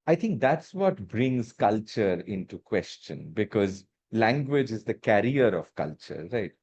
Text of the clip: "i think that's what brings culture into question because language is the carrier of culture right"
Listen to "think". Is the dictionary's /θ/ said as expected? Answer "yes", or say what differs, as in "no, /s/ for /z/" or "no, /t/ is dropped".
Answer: no, /t/ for /θ/